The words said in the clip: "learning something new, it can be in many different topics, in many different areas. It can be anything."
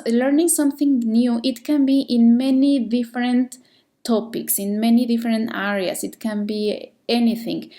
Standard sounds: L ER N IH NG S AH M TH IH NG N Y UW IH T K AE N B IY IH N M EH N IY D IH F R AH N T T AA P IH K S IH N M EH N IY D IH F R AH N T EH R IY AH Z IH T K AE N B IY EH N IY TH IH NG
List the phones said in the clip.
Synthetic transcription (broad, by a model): L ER N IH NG S AH M TH IH NG N Y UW IH T K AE N B IY IH N M EH N IY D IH F R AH N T T AA P IH K S IH N M EH N IY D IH F R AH N T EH R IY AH S IH T K AE N B IY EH N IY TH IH NG